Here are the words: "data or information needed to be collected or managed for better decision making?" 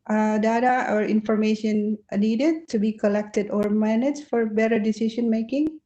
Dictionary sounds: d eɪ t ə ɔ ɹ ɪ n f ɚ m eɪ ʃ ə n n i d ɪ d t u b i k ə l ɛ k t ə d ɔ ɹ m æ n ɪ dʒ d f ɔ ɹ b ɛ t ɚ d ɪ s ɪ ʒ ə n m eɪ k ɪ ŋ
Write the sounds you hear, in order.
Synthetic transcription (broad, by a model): d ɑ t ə ɔ ɹ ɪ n f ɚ m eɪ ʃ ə n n i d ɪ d t u b i k ə l ɛ k t ə d ɔ ɹ m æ n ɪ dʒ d f ɔ ɹ b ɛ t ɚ d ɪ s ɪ ʃ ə n m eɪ k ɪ ŋ